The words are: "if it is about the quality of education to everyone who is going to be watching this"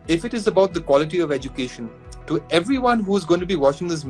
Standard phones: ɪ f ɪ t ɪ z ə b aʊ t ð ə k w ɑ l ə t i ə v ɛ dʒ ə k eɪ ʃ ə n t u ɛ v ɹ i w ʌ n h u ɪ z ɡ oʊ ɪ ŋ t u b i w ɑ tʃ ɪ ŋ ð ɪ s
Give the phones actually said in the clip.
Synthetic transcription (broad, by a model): ɪ f ɪ t ɪ z ə b aʊ t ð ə k w ɑ l ə t i ə v ɛ dʒ ə k eɪ ʃ ə n t u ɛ v ɹ i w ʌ n h u ɪ z ɡ oʊ ɪ ŋ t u b i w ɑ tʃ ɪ ŋ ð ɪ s